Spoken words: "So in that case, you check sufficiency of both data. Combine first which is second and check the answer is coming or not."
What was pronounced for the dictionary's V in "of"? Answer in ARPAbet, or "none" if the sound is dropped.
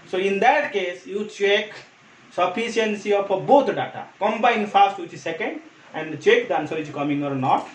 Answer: P